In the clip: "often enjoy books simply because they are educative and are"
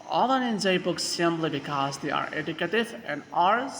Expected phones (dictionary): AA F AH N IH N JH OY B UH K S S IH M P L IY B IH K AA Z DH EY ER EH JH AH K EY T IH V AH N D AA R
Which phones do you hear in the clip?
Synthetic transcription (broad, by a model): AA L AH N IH N Z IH B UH K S S IH M P L IY B IH K AA Z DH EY ER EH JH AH K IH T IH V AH N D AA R